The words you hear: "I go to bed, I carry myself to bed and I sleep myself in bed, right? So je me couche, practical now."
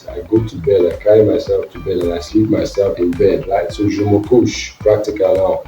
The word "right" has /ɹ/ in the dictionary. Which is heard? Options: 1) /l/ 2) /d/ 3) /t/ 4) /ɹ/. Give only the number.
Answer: 1